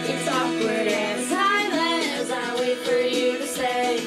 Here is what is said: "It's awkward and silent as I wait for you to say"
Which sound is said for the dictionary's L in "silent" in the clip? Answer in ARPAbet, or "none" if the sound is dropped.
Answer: none